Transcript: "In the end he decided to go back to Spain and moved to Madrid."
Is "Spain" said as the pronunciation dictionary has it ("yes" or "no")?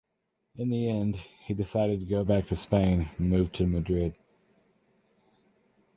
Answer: no